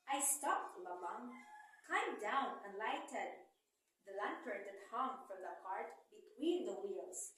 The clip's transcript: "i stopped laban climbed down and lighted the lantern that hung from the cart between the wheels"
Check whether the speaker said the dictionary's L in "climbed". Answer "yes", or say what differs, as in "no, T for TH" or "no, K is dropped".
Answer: no, L is dropped